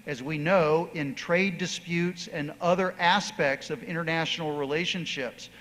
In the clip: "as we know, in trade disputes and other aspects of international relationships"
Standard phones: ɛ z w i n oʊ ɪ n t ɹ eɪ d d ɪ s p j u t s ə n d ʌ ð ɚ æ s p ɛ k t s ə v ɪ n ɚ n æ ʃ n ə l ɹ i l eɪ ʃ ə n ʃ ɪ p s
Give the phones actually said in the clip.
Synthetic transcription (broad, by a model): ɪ z w i n oʊ ɪ n t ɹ eɪ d d ɪ s p j u t s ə n ʌ ð ɚ æ s p ɛ k t s ə v ɪ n ɚ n æ ʃ n l ɹ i l eɪ ʃ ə n ʃ ɪ p s